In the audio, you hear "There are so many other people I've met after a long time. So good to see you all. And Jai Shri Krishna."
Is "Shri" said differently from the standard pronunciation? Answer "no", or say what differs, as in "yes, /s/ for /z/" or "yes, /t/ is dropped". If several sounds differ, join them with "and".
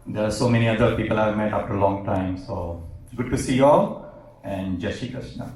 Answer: yes, /ɹ/ is dropped